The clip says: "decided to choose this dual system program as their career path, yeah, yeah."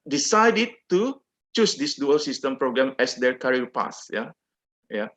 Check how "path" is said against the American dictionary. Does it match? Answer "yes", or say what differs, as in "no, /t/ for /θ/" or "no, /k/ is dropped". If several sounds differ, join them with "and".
no, /s/ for /θ/